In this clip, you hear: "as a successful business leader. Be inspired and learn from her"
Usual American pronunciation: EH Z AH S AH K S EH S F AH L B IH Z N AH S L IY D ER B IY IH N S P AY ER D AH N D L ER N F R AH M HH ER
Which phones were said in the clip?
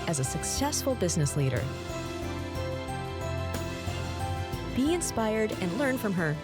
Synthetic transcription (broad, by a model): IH Z AH S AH K S EH S F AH L B IH Z N AH S L IY D ER B IY IH N S P AY ER D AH N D L ER N F R AH M ER